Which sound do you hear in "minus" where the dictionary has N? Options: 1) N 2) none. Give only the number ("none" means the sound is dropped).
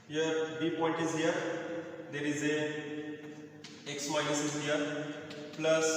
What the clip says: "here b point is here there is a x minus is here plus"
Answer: 2